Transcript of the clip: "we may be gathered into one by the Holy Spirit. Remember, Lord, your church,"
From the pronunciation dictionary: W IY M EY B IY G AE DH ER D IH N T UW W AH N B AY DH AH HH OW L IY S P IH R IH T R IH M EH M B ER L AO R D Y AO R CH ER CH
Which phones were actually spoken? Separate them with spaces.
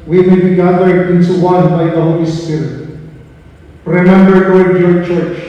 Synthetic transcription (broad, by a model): W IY M EY B IY G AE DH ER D IH N T UW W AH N B AY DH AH HH OW L IY S P IH R IH T R IH M EH M B ER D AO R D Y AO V CH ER CH